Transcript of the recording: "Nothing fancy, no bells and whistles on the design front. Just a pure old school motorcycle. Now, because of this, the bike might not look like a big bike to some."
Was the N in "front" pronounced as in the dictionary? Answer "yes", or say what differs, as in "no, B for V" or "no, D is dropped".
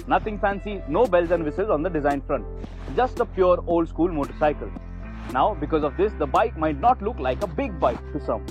yes